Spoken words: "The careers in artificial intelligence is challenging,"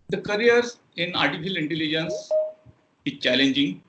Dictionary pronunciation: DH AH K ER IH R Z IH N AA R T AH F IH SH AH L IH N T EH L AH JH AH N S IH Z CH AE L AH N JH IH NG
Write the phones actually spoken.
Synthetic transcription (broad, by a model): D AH K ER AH R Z IH N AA R T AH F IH AH L IH N T EH L AH JH AH N S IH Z CH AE L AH N JH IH NG